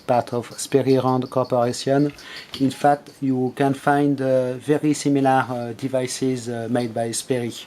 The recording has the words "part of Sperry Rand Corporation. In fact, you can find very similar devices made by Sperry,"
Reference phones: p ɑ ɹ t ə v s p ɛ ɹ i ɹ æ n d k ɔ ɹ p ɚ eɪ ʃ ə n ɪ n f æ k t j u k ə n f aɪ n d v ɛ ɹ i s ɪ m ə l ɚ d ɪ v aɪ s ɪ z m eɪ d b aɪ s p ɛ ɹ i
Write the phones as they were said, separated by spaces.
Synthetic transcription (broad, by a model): p ɑ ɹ t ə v s p ɛ ɹ i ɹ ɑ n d k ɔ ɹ p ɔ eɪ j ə n ɪ n f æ k t j u k ə n f aɪ n d v ɛ ɹ i s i m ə l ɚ d ɪ v aɪ s ɪ z m eɪ d b aɪ s p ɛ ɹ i